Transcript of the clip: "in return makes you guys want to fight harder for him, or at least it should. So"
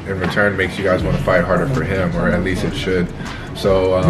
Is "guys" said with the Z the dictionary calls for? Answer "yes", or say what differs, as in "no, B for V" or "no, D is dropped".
yes